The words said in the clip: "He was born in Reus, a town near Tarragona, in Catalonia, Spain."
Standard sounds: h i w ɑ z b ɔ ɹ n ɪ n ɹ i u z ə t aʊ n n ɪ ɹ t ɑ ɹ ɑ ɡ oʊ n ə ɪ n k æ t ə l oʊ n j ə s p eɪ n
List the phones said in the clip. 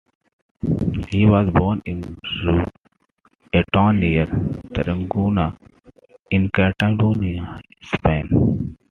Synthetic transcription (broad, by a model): h i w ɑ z b ɔ ɹ n ɪ n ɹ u ə t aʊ n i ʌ ɹ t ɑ ɹ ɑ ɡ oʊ n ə ɪ n k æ t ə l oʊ n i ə s p eɪ n